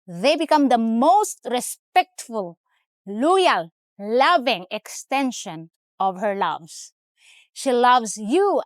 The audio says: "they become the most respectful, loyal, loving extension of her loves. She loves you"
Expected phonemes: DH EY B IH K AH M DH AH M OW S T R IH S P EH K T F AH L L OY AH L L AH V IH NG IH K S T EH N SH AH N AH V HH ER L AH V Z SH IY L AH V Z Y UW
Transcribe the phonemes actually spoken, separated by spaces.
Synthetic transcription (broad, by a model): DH EY B IH K AH M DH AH M OW S T R IH S P EH K T F AH L L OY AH L L AH V IH NG IH K S T EH N SH AH N AH V HH ER L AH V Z SH IY L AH V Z Y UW